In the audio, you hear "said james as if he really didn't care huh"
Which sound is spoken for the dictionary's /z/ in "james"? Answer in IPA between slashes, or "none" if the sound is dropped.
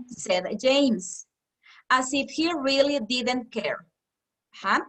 /s/